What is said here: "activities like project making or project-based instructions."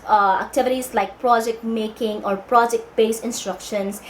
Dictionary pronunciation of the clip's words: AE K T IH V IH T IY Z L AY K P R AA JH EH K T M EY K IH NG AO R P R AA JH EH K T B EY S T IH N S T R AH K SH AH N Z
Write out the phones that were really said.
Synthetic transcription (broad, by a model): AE K T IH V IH T IY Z L AY K P R AA JH EH K T M EY K IH NG AO R P R AA JH EH K T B EY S IH N S T R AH K SH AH N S